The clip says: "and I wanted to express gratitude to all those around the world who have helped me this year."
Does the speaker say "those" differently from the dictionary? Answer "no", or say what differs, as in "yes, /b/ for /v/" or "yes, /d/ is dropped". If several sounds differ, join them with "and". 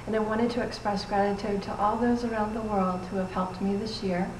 no